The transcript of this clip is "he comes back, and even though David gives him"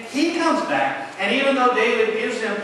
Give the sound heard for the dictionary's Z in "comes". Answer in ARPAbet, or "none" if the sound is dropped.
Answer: Z